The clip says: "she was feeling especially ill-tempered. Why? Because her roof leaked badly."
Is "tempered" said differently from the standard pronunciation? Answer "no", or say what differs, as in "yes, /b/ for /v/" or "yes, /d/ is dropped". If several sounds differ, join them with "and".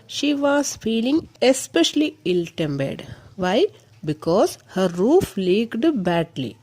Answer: yes, /b/ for /p/